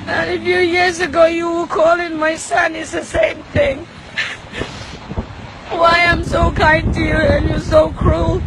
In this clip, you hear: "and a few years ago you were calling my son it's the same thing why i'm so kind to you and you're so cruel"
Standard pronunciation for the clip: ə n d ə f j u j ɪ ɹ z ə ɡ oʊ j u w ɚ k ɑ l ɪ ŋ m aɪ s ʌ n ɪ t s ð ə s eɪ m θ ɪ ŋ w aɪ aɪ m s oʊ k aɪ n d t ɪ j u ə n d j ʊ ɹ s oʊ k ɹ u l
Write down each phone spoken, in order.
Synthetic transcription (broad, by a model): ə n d ə f j u j ɪ ɹ z ə ɡ oʊ j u w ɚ k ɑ l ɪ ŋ m aɪ s ʌ n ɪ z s ð ə s eɪ m θ ɪ ŋ w aɪ aɪ m s oʊ k aɪ n t ɪ j u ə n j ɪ s oʊ k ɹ u l